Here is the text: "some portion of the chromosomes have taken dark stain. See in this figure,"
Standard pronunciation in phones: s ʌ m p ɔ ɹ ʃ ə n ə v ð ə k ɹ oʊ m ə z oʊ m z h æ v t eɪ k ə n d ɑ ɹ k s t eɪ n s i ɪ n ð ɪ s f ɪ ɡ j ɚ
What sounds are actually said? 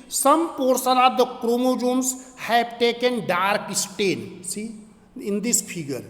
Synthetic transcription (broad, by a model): s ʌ m p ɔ ɹ s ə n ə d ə k ɹ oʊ m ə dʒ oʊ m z h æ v t eɪ k ə n d ɑ ɹ k s t eɪ n s i ɪ n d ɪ s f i ɡ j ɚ